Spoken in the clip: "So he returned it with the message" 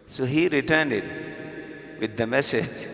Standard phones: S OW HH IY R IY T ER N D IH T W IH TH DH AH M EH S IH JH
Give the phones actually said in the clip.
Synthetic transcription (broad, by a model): S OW HH IY R IY T ER N D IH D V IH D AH M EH S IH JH